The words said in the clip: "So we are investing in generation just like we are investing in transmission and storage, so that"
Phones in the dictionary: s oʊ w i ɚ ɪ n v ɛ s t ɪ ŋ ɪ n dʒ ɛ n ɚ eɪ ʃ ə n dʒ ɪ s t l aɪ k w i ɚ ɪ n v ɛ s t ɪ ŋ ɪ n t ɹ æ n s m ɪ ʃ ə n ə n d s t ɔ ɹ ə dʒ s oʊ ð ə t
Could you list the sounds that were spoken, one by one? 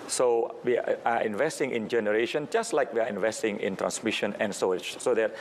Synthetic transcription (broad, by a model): s oʊ w i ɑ ɪ n v ɛ s t ɪ ŋ ɪ n dʒ ɛ n ɚ eɪ ʃ ə n dʒ ɪ s t l aɪ k w i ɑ ɪ n v ɛ s t ɪ ŋ ɪ n t ɹ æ n s m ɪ ʃ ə n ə n s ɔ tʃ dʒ s oʊ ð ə t